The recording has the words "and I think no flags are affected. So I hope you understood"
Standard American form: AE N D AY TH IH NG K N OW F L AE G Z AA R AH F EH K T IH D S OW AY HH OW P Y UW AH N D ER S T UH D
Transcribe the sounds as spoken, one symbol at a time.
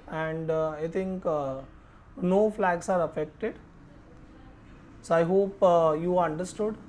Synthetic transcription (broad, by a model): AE N D AY T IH NG K N OW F L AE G S AA R AH F EH K T IH D S OW AY HH OW P Y UW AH N D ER S T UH D